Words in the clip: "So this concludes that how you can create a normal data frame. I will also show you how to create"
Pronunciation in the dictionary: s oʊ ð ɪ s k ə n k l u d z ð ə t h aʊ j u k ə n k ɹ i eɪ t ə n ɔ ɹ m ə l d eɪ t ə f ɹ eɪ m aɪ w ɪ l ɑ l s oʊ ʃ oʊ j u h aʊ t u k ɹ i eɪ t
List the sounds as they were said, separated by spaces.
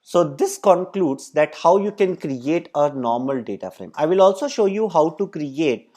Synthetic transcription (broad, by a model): s oʊ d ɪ s k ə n k l u d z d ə t h aʊ j u k ə n k ɹ i eɪ t ə n ɔ ɹ m ə l d eɪ t ə f ɹ eɪ m aɪ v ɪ l ɑ l s oʊ ʃ oʊ j u h aʊ t u k ɹ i eɪ t